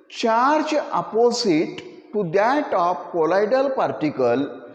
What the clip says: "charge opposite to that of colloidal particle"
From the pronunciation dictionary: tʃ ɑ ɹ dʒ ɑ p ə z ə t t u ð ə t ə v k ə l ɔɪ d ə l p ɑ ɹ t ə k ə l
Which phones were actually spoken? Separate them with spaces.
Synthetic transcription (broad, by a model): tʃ ɑ ɹ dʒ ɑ p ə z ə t t u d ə t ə p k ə l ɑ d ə l p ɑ ɹ t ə k ə l